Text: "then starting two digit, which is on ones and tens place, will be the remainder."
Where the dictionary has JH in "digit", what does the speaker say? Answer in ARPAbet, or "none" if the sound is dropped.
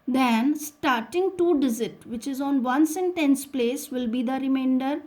Z